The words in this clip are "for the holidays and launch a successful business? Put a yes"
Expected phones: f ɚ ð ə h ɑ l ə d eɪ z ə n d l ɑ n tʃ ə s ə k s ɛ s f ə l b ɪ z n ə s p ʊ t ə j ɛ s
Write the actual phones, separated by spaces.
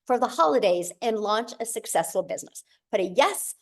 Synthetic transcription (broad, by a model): f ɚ ð ə h ɑ l ə d eɪ z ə n l ɑ n tʃ ə s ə k s ɛ s f l b ɪ z n ə s b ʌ t ə j ɛ s